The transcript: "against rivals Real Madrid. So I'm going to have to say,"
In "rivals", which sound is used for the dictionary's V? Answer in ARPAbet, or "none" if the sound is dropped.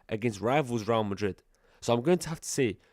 V